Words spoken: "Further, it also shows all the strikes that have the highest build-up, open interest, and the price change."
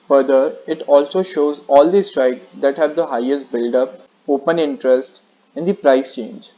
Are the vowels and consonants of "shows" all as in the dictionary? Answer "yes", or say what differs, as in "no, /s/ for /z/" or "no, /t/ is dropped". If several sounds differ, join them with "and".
yes